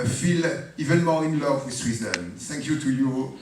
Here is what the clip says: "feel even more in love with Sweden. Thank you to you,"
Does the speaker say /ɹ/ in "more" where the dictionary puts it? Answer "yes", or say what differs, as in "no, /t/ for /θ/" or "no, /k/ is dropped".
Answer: no, /l/ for /ɹ/